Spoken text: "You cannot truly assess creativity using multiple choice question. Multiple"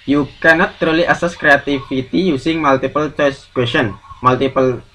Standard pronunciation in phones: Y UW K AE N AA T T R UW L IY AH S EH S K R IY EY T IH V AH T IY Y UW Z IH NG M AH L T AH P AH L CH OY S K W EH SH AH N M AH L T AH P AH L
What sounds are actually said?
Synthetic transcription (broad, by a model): Y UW K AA N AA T T R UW L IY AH S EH S K R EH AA T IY F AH T IY Y UW S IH NG M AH L T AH P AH L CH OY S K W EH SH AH N M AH L T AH P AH L